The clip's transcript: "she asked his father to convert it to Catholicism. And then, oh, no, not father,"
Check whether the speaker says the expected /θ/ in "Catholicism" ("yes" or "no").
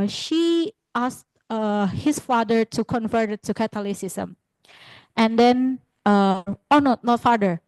no